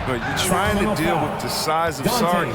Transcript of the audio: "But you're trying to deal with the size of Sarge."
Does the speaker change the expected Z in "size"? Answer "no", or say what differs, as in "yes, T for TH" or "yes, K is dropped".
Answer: no